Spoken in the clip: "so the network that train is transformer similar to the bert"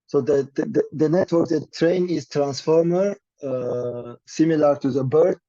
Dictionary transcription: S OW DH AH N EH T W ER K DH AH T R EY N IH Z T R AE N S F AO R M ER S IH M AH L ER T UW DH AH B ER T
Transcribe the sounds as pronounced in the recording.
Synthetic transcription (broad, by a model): S OW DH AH N EH T W ER K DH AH T R EY N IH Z T R AE N S F AO R M ER S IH M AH L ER T UW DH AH B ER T